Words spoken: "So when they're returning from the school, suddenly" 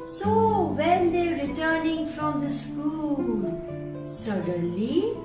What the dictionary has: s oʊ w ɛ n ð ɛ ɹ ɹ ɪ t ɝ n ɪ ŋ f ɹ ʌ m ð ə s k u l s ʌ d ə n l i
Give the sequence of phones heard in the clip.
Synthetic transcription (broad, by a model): s oʊ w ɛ n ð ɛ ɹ ɹ ɪ t ɝ n ɪ ŋ f ɹ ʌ m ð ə s k u l s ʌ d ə n l i